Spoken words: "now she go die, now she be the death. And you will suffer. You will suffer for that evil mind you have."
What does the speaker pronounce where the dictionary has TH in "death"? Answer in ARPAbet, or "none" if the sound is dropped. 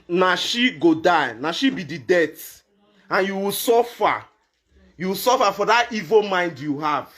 T